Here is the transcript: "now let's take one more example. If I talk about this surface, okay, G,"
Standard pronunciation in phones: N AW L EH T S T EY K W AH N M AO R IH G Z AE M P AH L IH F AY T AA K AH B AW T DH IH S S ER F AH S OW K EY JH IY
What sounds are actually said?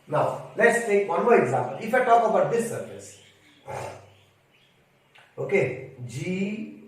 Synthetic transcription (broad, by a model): N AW L EH T S T EY K W AH N M AO R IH G Z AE M P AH L IH F AY T AA K AH B AW T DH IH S S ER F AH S OW K EY JH IY